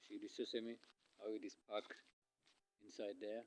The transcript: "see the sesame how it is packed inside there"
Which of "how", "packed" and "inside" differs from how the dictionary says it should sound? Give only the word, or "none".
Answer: packed